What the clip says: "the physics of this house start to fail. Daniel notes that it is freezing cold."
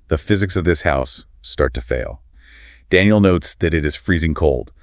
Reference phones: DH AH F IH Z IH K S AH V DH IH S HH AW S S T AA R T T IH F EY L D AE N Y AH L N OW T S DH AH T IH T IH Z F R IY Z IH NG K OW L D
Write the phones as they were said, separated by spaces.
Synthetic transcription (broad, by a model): DH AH F IH Z IH K S AH V DH IH S HH AW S S T AA R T T IH F EY L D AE N Y L N OW T S DH AH T IH T IH Z F R IY Z IH NG K OW L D